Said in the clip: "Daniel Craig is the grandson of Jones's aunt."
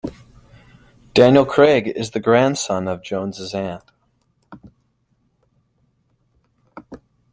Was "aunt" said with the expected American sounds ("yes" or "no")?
no